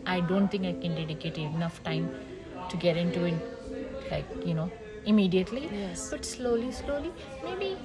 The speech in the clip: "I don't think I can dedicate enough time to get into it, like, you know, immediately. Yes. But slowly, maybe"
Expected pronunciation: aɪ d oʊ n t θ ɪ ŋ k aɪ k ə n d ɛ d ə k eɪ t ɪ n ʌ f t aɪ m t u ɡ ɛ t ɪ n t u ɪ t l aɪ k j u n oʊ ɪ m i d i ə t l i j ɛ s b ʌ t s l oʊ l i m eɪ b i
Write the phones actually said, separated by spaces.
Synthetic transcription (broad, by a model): aɪ d oʊ n t t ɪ ŋ k aɪ k ə n d ɛ d ə k eɪ t ɪ n ʌ f t aɪ m t u ɡ ɛ t ɪ n t u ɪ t l aɪ k j u n oʊ ɪ m i d i ə t l i j ɛ s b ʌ t s l oʊ l i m eɪ b i